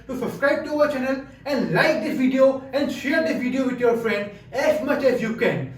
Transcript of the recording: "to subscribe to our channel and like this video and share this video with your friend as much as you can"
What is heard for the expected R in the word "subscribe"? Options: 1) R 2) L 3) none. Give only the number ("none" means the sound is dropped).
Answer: 1